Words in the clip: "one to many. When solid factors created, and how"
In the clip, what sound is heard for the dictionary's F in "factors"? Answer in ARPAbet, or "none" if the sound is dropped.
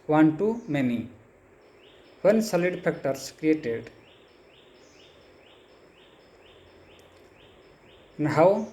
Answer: P